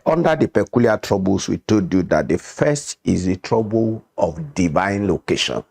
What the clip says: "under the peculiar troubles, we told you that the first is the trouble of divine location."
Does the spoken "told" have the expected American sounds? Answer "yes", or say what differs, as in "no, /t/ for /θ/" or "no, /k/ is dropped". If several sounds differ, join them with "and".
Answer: no, /l/ is dropped